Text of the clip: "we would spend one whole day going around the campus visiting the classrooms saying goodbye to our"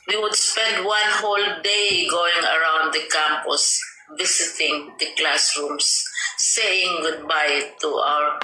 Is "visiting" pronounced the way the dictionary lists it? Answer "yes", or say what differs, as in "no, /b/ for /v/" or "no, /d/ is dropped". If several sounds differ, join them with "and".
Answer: no, /s/ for /z/